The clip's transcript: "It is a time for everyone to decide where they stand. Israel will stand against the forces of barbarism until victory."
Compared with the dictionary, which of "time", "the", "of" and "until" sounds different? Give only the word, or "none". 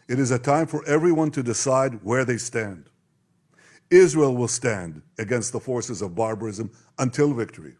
none